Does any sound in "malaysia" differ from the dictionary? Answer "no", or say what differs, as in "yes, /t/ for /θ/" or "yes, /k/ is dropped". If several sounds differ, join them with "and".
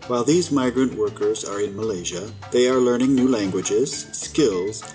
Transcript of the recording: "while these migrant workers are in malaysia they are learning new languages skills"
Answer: no